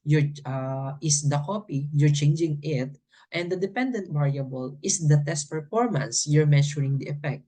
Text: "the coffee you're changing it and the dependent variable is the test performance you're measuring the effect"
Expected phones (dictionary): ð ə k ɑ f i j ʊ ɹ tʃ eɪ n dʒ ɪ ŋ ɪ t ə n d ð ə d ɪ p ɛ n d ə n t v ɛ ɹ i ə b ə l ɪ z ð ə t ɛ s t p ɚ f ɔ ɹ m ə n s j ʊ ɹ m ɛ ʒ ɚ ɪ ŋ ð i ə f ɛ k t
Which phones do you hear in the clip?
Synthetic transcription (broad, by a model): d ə k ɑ p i j ʊ ɹ tʃ eɪ n dʒ ɪ ŋ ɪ t ə n d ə d ɪ p ɛ n d ə n t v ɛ ɹ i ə b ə l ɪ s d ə t ɛ s t p ɚ f ɔ ɹ m ə n s j ʊ ɹ m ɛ ʃ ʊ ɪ ŋ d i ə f ɛ k t